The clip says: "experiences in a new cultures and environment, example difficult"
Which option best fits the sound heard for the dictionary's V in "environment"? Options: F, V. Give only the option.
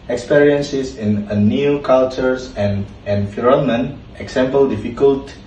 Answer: F